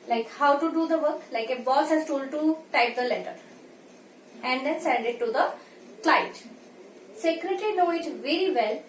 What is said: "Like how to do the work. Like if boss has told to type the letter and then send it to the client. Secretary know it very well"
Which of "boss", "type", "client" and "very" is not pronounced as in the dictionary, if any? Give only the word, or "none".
client